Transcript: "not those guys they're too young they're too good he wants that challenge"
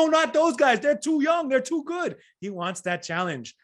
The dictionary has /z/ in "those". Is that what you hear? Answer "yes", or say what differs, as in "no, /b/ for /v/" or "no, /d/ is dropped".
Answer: yes